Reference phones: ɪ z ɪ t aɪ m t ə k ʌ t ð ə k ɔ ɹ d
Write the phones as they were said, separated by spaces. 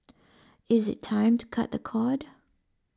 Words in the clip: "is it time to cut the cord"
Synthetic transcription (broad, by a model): ɪ z ɪ t aɪ m t ə k ʌ t ð ə k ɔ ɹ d